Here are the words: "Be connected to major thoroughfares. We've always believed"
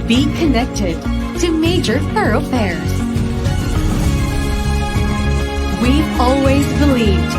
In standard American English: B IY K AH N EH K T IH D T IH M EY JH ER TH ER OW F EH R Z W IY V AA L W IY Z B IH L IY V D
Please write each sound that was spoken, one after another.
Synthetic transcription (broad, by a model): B IY K AH N EH K T IH D T IH M EY JH ER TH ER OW F EH R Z W IY AA L W IY Z B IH L IY V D